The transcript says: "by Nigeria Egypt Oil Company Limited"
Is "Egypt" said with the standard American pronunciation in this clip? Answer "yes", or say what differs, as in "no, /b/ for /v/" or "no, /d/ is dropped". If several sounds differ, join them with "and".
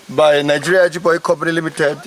no, /t/ is dropped